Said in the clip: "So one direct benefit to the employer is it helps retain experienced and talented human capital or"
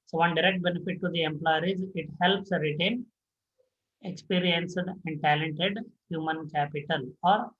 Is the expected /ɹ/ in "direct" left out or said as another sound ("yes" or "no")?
no